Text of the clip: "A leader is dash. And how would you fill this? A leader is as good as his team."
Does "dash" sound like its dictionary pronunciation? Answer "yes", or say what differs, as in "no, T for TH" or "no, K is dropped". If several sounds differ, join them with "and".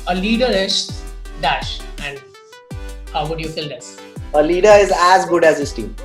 yes